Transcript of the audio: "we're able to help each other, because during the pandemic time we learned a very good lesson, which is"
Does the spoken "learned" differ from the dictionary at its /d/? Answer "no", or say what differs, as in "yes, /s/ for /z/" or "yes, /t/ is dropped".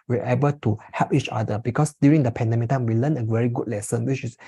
yes, /d/ is dropped